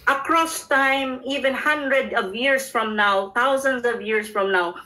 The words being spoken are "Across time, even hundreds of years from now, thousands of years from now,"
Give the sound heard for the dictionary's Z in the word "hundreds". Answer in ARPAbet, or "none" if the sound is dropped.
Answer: none